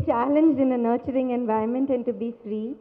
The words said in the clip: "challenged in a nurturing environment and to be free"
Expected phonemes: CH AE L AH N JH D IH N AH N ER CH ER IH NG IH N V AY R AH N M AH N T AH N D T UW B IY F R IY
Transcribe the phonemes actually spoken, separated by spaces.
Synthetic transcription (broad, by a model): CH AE L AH N JH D IH N AH N ER CH ER IH NG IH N V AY AH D M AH N T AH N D T UW B IY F R IY